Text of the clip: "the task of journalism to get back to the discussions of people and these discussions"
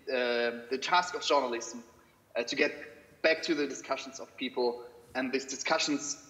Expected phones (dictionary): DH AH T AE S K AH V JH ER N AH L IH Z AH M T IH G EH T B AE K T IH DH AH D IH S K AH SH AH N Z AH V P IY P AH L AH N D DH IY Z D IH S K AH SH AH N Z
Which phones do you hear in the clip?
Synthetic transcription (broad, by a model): DH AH T AE S K AH V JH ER N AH L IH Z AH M T IH G EH T B AE K T IH DH AH D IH S K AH SH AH N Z AH V P IY P L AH N DH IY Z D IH S K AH SH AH N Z